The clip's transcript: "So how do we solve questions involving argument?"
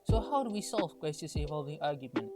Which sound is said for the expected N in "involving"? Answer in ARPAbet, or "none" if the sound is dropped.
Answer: none